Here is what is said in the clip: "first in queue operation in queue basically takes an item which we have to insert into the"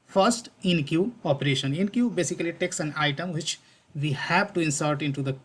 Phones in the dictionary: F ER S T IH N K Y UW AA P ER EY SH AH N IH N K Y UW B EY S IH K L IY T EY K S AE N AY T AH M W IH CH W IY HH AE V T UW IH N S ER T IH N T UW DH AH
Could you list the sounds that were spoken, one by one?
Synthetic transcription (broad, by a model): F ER S T IH N K Y UW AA P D EY SH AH N IH N K Y UW B EY S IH K L IY T EY K S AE N AY T AH M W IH CH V IY HH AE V T UW IH N S ER T IH N T UW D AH